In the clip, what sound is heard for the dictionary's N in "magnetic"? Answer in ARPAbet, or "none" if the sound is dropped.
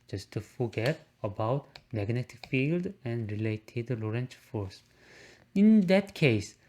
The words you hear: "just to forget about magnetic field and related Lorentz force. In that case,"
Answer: N